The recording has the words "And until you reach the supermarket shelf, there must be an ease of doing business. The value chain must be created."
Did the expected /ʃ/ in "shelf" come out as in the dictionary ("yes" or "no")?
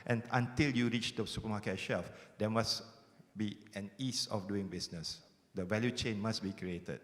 yes